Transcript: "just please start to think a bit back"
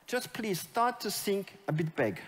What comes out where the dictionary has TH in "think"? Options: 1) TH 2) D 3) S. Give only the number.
3